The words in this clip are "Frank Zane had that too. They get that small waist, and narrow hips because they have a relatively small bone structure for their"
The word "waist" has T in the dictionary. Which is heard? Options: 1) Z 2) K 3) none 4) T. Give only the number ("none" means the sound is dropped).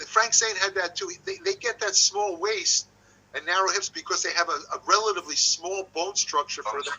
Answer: 4